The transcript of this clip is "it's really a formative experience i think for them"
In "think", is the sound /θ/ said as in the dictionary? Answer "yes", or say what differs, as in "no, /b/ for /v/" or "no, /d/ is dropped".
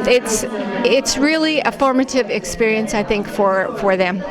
yes